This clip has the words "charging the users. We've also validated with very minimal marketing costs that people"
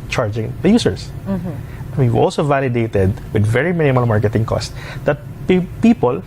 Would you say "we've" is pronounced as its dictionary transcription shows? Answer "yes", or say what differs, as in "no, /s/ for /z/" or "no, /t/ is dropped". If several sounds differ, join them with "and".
no, /w/ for /v/